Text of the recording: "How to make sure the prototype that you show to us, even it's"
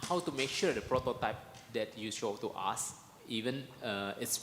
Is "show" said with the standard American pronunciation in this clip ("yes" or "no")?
no